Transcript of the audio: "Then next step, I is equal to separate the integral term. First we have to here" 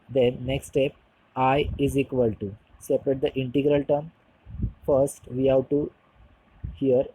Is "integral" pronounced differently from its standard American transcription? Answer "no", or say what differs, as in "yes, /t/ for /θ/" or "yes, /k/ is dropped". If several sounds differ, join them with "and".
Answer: no